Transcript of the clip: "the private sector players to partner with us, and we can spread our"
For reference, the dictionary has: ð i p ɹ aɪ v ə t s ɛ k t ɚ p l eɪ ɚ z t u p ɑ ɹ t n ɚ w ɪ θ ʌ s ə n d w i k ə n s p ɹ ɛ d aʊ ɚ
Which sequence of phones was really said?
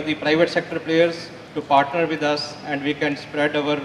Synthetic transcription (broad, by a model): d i p ɹ aɪ v ə t s ɛ k t ɚ p l eɪ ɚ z t u p ɑ ɹ t n ɚ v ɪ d ʌ s ə n d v i k ə n s p ɹ ɛ d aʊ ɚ